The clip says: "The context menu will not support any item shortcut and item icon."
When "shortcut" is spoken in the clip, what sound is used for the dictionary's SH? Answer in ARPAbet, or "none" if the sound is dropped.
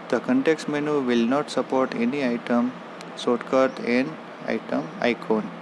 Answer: S